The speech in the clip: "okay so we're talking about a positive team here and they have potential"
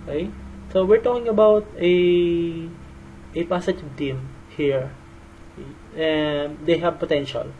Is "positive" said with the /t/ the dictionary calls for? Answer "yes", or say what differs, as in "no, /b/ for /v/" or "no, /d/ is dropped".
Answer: no, /s/ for /t/